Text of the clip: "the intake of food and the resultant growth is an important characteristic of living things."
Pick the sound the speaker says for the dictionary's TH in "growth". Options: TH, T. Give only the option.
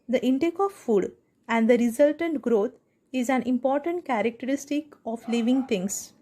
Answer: T